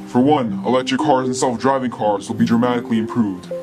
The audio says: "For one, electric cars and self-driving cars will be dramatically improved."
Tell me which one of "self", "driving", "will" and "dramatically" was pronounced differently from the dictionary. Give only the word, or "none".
none